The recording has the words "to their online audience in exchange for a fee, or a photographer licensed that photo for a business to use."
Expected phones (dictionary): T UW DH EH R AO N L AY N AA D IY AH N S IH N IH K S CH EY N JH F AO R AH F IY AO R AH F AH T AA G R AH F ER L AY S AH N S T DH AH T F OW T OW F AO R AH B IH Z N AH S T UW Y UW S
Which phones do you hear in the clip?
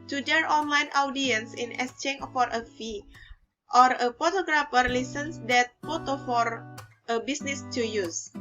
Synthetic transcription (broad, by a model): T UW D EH R AO N L AY N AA D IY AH N S IH N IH S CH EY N F AO R AH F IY AO R AH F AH T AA G R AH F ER L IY S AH N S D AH T F OW T OW F AO R AH B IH S N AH S T UW Y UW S